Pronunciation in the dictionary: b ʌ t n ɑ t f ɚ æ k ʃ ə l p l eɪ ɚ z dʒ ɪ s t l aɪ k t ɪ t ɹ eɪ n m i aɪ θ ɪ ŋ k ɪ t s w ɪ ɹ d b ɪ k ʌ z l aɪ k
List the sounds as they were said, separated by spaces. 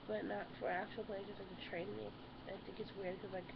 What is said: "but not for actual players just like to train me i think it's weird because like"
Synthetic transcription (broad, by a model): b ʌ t n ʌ t f ɚ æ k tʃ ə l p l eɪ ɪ dʒ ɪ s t l aɪ k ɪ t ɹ eɪ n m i aɪ θ ɪ ŋ k ɪ t s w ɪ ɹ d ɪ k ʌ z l aɪ k